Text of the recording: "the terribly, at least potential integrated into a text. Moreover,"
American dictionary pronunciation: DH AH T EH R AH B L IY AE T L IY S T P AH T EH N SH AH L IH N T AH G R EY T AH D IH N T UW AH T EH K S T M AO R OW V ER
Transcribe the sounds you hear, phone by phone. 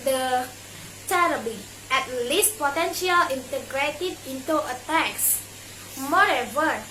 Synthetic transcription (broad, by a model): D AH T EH R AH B IY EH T L IY S T P AH T EH N SH AH L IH N T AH G R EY T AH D IH N T UW AH T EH K S M AO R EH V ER